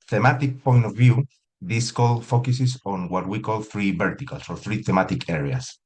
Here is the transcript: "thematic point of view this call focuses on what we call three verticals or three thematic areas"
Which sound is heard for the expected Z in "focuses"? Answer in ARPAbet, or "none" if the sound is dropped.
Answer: S